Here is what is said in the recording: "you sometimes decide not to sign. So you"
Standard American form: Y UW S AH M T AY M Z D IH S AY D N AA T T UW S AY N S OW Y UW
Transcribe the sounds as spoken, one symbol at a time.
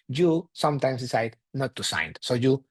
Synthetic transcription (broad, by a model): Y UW S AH M T AY M S D IH S AY D N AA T T UW S AY N S OW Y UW